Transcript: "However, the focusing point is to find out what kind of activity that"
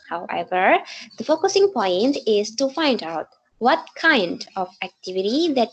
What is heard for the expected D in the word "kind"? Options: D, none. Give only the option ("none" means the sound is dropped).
D